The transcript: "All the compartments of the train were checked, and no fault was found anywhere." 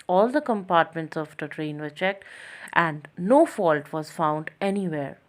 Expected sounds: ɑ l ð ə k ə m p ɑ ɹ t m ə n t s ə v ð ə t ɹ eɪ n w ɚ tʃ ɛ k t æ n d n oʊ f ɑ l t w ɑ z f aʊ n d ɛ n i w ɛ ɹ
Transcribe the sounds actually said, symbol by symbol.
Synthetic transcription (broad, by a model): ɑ l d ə k ə m p ɑ ɹ t m ə n t s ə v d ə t ɹ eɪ n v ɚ tʃ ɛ k t æ n d n oʊ f ɑ l t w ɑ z f aʊ n d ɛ n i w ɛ ɹ